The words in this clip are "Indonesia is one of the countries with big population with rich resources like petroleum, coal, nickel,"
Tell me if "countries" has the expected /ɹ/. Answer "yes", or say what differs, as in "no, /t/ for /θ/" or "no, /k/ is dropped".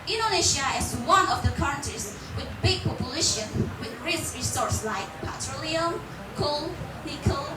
no, /ɹ/ is dropped